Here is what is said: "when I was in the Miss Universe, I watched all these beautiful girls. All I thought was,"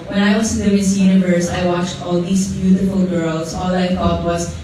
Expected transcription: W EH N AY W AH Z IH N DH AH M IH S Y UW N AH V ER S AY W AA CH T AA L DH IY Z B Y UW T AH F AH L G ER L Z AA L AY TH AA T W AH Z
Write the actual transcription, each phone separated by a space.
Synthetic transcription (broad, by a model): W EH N AY W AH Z IH N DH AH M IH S Y UW N AH V ER S AY W AA CH T AA L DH IY S B Y UW T AH F AH L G ER L S AA L AY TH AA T W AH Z